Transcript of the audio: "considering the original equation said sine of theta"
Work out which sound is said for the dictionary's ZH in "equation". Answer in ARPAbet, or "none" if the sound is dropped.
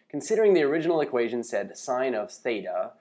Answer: ZH